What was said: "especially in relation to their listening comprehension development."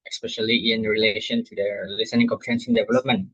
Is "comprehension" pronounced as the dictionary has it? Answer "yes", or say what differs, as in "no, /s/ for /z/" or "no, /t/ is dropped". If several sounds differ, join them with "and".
no, /s/ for /ʃ/